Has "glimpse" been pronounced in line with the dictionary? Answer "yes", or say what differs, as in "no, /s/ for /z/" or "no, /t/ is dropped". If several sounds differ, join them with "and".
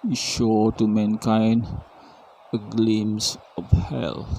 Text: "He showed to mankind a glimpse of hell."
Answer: no, /p/ is dropped